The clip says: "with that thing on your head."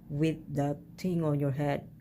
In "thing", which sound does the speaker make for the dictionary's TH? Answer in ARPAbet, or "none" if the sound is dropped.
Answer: T